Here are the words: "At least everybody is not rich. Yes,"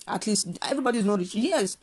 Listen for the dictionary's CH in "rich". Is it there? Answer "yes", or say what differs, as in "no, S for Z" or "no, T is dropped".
no, S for CH